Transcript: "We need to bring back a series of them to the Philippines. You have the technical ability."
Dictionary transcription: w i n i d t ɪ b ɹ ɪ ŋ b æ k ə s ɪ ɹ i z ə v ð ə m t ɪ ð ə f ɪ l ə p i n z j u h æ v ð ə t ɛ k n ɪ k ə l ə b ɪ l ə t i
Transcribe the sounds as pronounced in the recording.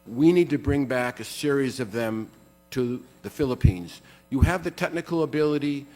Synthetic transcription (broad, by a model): w i n i d t ɪ b ɹ ɪ ŋ b æ k ə s ɪ ɹ i z ə v ð ə m t ɪ ð ə f ɪ l ə p i n z j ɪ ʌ v ð ə t ɛ k n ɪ k l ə b ɪ l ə t i